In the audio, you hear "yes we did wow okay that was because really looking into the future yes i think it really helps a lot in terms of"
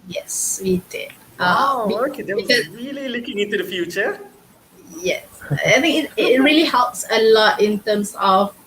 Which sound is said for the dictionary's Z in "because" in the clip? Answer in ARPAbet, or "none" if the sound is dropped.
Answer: none